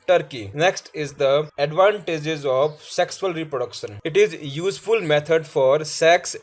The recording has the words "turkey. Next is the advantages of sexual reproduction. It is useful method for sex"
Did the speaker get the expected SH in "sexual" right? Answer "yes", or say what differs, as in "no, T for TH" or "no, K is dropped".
no, S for SH